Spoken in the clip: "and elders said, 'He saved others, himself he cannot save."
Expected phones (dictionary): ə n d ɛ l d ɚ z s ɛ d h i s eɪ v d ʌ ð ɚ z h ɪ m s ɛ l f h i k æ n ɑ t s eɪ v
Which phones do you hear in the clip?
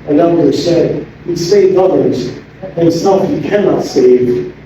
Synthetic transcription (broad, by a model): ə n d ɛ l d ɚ s ɛ d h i s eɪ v ʌ ð ɚ z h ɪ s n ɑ f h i k æ n ɑ t s eɪ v